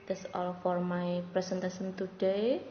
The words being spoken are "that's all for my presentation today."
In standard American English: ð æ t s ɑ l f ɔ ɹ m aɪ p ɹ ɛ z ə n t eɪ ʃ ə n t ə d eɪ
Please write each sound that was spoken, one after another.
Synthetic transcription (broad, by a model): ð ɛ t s ɑ l f ɔ ɹ m aɪ p ɹ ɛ s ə n t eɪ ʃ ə n t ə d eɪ